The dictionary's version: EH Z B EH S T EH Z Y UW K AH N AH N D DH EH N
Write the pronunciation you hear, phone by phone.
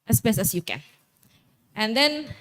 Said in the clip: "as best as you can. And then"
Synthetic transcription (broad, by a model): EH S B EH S EH S Y UW K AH N AH N D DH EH N